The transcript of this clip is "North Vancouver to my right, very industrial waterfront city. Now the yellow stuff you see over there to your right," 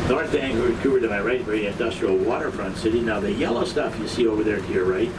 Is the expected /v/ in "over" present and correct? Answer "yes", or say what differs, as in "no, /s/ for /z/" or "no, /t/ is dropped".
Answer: yes